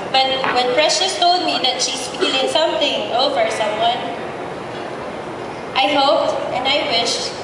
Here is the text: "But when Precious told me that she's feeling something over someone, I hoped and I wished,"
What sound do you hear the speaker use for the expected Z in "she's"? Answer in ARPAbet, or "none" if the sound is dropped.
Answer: S